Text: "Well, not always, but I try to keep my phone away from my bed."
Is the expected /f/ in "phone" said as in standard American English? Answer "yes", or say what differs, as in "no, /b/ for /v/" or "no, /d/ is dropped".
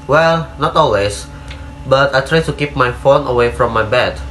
yes